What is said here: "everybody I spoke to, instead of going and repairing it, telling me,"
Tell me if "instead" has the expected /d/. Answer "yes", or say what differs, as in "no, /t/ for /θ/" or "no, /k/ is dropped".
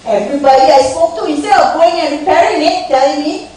no, /d/ is dropped